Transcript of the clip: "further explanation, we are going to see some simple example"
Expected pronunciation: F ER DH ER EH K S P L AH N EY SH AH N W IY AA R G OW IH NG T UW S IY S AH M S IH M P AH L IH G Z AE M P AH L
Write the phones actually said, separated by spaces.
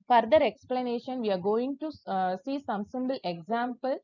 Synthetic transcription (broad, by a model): F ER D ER EH K S P L AH N EY SH AH N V IY AA R G OW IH NG T UW S IY S AH M S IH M B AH L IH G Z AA M P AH L